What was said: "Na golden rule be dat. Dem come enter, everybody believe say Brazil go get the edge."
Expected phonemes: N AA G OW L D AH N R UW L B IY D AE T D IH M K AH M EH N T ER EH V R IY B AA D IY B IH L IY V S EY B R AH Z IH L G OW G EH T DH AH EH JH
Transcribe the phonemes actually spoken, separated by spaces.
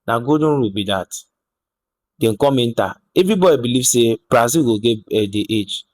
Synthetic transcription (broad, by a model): N AA G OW D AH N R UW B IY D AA T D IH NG K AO M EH N T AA EH V R IY B AA D IY B IH L IY V S EY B R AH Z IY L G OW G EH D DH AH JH